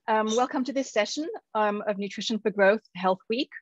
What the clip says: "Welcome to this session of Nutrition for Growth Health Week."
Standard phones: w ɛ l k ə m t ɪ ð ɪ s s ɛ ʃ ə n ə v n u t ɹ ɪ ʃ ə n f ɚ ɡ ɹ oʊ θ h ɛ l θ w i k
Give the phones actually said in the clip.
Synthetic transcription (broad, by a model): w ɛ l k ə m t ɪ ð ɪ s s ɛ ʃ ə n ə v n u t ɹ ɪ ʃ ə n f ɚ ɡ ɹ oʊ θ h ɛ l θ w i k